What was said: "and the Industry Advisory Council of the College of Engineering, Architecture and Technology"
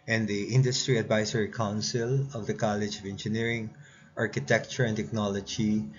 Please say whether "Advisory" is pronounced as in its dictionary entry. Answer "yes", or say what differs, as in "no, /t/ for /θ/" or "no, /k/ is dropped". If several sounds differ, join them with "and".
no, /s/ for /z/